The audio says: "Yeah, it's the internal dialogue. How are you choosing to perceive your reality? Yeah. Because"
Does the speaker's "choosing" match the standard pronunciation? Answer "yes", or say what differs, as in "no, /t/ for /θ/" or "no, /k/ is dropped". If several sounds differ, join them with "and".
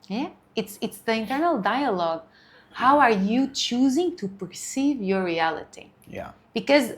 yes